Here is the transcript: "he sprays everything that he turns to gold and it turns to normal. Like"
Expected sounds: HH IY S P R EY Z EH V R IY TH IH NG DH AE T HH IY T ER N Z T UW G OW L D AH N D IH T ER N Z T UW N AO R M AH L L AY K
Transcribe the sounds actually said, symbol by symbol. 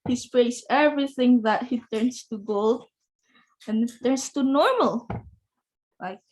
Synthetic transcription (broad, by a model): HH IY S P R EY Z EH V R IY TH IH NG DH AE T HH IY T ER N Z T UW G OW L D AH N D IH T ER N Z T UW N AO R M AH L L AY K